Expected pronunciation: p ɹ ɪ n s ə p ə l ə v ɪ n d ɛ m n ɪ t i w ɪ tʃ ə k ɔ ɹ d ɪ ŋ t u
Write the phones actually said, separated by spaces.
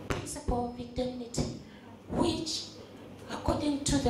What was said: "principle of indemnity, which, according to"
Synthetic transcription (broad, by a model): p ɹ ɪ n s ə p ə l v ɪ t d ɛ n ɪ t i w ɪ tʃ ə k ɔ d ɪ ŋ t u